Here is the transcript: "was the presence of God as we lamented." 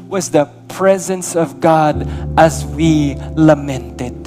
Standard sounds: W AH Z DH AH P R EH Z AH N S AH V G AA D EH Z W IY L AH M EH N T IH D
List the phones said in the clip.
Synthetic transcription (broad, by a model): W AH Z DH AH P R EH Z AH N S AH V G AA D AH Z W IY L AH M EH N T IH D